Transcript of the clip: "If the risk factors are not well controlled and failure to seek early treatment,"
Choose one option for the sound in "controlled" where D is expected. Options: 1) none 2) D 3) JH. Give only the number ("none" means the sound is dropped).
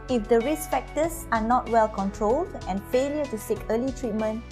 2